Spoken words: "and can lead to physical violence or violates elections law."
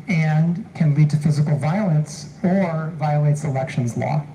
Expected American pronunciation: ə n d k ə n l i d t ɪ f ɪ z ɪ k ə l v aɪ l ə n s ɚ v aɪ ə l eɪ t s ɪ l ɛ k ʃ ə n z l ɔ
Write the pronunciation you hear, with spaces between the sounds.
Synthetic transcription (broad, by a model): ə n k ə n l i d t ɪ f ɪ z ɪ k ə l v aɪ l ə n s ɚ v aɪ ə l eɪ t s ɪ l ɛ k ʃ ə n z l ɔ